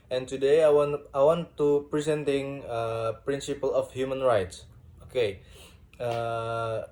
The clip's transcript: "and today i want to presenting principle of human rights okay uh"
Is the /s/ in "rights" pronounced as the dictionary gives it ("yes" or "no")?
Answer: yes